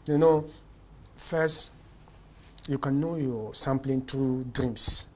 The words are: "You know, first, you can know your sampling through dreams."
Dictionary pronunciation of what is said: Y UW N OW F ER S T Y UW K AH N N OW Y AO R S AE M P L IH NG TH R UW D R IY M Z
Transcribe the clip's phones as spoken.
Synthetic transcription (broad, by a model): Y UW N OW F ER S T Y UW K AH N N OW Y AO S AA M P L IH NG T R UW D R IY M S